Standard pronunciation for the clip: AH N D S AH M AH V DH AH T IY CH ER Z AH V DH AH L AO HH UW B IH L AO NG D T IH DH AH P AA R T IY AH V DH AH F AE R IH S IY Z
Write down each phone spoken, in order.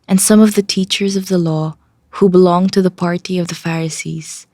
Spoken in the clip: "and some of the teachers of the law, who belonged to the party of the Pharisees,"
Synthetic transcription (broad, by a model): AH N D S AH M AH V DH AH T IY CH ER Z AH V DH AH L AO HH UW B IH L AO NG T IH DH AH P AA R T IY AH V DH AH F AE R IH S IY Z